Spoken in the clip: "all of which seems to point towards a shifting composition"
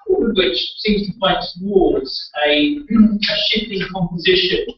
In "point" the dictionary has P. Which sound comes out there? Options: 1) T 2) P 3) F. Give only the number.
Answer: 3